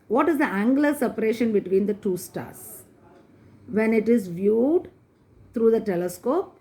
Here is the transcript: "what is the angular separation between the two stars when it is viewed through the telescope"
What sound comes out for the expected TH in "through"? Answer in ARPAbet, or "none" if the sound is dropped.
T